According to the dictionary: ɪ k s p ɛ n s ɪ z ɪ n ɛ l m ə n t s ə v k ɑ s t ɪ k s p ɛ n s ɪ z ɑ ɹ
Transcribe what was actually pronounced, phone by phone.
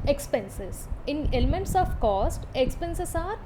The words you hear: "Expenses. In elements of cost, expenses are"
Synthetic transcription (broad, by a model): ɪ k s p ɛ n s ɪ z ɪ n ɛ l m ə n t s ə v k ɑ s t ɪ k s p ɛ n s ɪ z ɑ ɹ